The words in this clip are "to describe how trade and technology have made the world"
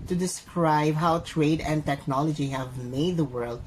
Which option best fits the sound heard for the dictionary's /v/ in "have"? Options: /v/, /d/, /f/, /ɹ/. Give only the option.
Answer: /v/